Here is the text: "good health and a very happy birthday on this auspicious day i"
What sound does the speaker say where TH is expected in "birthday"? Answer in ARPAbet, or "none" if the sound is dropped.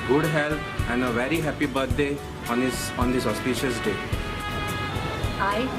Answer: T